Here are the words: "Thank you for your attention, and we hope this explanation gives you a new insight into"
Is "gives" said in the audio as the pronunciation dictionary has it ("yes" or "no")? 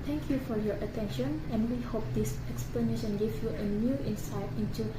no